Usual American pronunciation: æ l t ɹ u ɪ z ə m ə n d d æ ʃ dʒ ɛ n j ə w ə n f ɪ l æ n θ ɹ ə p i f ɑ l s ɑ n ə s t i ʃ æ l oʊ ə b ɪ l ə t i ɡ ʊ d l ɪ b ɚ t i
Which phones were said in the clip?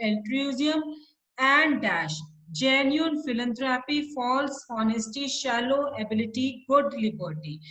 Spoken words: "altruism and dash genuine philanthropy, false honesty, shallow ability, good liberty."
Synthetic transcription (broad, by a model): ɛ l t ɹ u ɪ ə m ə n d d æ ʃ dʒ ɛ n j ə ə n f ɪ l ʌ n t ɹ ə p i f ɑ l s ɑ n ə s t i ʃ æ l oʊ ə b ɪ l ə t i ɡ ʊ d l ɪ b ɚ t i